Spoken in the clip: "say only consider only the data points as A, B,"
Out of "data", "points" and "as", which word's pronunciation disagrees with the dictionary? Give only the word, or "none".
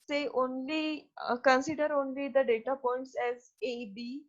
none